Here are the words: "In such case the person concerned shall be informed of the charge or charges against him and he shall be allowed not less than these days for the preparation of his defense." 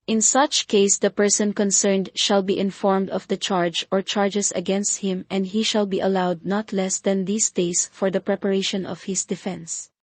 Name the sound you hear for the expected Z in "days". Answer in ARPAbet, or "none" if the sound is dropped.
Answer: S